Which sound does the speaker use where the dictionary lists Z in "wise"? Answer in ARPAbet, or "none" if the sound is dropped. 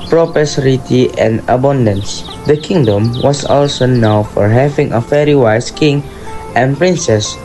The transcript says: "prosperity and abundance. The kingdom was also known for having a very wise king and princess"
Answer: S